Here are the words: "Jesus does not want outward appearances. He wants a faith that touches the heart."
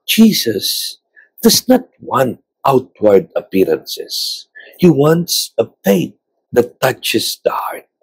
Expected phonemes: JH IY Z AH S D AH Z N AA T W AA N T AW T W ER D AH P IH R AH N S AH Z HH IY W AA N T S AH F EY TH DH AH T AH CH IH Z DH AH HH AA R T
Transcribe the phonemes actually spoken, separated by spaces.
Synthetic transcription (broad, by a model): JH IY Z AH S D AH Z N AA T W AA N T AW T W ER D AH P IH R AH N S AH S HH IY W AA N T S AH P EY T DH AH T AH CH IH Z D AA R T